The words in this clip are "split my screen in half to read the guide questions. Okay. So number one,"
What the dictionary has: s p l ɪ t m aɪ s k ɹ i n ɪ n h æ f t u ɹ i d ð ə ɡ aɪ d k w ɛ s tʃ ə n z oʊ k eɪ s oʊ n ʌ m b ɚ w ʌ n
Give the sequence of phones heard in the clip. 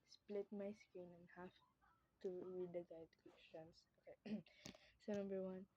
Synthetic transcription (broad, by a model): s p l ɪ t m aɪ s k i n ɪ n h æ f t u ɹ i d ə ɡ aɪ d k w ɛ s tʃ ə n s oʊ k eɪ s oʊ n ʌ m b ɚ w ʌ n